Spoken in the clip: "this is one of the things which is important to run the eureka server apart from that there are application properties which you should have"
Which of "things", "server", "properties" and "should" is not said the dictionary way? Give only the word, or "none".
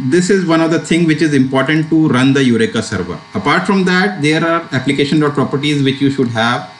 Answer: things